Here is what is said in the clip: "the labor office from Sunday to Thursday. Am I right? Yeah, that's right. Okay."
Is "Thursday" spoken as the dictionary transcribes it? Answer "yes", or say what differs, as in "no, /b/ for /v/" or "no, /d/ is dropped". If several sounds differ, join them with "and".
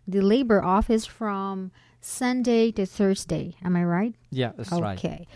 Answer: yes